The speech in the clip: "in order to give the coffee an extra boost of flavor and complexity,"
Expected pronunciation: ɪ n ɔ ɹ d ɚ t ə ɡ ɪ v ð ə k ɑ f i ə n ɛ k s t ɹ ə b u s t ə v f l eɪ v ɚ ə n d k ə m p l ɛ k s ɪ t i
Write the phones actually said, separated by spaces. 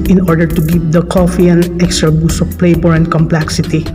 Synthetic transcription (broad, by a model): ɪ n ɔ ɹ d ɚ t ə ɡ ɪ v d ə k ɑ f i ə n ɛ k s t ɹ ə b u s ə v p l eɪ b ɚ ə n d k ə m p l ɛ k s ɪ t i